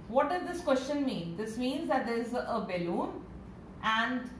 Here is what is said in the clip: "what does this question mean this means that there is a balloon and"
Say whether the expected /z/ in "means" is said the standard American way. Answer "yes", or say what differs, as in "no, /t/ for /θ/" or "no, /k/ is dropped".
yes